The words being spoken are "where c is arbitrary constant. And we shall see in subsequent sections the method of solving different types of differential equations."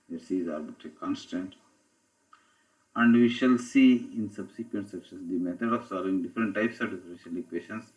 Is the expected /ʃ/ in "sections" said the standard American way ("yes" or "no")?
no